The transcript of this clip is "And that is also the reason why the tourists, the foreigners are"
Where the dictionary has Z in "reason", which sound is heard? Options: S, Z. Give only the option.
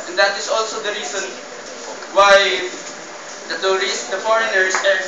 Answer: S